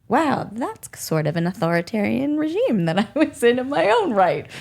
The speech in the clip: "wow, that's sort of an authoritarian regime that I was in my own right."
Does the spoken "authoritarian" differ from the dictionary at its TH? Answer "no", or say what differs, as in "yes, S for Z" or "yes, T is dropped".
no